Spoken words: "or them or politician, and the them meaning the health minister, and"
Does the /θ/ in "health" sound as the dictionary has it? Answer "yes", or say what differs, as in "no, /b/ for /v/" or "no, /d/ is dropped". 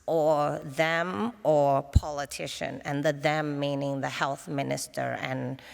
yes